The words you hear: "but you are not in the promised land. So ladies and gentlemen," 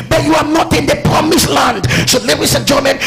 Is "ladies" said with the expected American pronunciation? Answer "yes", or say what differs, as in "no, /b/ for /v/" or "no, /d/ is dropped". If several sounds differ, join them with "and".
no, /s/ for /z/